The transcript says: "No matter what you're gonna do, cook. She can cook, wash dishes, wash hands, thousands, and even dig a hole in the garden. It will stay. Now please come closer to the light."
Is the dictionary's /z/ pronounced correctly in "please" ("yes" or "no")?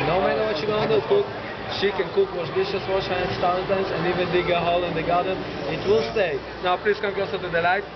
no